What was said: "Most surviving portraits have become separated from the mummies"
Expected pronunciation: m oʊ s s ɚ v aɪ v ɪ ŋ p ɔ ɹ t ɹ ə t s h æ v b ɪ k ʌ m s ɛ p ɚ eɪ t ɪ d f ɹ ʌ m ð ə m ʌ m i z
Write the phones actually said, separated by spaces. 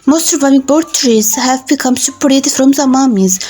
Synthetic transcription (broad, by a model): m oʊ s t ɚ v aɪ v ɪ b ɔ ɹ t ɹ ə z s h æ v b ɪ k ʌ m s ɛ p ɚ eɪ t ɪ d f ɹ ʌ m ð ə m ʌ m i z